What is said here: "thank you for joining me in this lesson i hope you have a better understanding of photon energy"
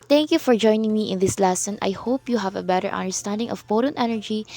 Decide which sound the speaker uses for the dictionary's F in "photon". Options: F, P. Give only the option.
P